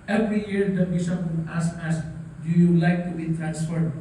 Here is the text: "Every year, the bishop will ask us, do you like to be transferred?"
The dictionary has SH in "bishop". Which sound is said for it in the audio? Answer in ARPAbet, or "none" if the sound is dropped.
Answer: S